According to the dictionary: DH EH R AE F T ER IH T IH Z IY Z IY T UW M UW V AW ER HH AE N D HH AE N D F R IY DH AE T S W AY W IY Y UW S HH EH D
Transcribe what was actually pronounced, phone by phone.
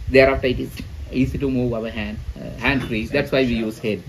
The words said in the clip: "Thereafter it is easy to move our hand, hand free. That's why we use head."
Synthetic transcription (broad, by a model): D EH R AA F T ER IH T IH S IY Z IY T UW M UW V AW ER HH AE N D HH AE N D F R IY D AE T S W AY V IY Y UW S HH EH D